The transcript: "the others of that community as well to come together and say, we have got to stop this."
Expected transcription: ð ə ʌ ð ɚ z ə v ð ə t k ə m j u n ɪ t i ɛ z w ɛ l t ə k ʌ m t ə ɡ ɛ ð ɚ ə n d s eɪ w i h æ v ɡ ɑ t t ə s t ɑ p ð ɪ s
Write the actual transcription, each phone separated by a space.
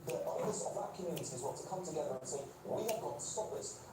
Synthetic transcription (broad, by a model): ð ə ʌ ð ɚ s ə v ð ə t k ə m j u n ɪ t i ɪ z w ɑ t ə k ʌ m t ə ɡ ɛ ð ɚ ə n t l w i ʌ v ɡ ɑ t t ə s t ɑ p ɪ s